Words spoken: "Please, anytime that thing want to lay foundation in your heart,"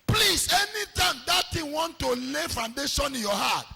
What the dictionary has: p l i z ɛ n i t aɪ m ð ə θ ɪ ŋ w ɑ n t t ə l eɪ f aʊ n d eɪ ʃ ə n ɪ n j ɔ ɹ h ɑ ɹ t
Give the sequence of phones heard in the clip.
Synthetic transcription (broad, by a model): p l i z ɛ n i t aɪ m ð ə t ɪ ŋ w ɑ n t t ə l eɪ f aʊ n d eɪ ʃ ə n ɪ n j ɔ h ɑ t